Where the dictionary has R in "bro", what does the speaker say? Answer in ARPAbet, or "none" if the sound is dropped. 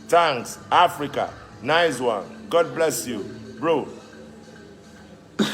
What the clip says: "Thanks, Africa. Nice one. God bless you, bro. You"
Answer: R